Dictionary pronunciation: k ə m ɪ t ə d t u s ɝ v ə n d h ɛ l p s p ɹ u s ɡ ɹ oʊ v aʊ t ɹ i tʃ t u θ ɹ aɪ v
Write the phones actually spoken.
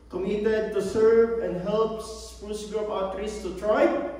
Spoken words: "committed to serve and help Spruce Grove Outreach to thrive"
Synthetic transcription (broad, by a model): k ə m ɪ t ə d t u s ɝ v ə n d h ɛ l p s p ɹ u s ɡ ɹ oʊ p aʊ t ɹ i s t u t ɹ aɪ